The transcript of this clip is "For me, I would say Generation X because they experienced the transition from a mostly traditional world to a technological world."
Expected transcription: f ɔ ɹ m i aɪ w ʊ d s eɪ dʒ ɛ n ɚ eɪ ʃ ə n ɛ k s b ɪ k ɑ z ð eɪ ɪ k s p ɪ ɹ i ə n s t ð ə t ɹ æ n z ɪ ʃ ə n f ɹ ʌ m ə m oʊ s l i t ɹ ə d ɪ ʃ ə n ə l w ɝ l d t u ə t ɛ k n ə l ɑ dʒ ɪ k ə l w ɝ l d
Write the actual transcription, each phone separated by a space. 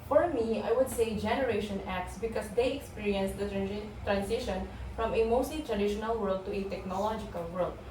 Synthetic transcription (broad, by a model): f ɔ ɹ m i aɪ w ʊ d s eɪ dʒ ɛ n ɚ eɪ ʃ ə n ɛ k s b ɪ k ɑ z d eɪ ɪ k s p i ɹ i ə n s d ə t ɹ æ n s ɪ ʃ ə n f ɹ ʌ m ə m oʊ s l i t ɹ ə d ɪ ʃ ə n ə l w ɝ l d t u ə t ɛ k n ə l ɑ dʒ ɪ k ə l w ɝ l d